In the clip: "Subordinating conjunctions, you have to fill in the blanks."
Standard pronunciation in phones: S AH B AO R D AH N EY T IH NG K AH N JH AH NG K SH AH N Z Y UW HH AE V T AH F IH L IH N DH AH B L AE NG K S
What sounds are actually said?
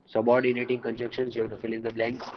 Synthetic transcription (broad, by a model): S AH B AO R D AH N EY T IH NG K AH N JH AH K SH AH N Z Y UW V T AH F IH L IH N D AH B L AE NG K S